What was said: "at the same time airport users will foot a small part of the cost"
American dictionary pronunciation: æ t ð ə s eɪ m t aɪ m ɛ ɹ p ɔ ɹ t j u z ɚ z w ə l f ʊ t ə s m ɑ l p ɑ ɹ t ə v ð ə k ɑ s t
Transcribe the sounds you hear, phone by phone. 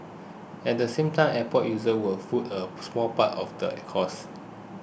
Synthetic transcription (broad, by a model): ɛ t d ə s eɪ m t aɪ m ɛ p ɔ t j u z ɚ w ə l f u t ə s m ɑ l p ɑ t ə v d ə k ɑ s